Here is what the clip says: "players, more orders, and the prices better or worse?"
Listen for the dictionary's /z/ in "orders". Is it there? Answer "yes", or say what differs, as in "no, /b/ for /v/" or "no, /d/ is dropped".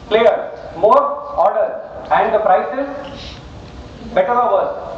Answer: no, /z/ is dropped